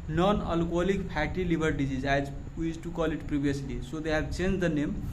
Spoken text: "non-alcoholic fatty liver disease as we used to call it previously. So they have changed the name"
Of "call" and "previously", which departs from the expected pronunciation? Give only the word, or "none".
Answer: previously